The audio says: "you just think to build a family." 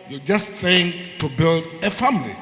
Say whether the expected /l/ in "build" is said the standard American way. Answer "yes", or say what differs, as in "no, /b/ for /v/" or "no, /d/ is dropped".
yes